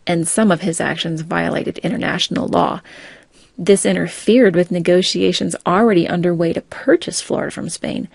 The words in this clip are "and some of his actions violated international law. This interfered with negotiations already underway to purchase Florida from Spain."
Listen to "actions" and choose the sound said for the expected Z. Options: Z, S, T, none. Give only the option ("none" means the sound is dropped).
Z